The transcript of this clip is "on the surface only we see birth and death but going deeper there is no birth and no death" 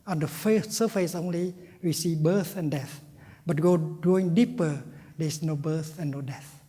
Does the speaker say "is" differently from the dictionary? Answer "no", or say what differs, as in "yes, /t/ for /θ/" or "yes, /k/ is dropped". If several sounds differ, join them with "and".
yes, /s/ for /z/